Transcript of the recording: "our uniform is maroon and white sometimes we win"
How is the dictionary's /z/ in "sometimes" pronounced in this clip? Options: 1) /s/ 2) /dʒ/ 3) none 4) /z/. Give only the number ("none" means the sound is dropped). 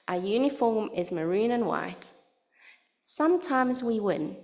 4